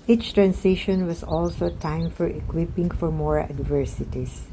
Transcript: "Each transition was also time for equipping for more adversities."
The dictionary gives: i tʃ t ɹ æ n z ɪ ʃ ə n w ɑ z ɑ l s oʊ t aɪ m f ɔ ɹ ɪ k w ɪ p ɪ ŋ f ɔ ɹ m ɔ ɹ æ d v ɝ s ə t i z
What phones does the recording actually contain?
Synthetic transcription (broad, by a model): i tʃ t ɹ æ n s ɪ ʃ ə n w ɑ s ɑ l s oʊ t aɪ m f ɔ ɹ ɪ k w ɪ p ɪ ŋ f ɔ ɹ m ɔ ɹ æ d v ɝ s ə t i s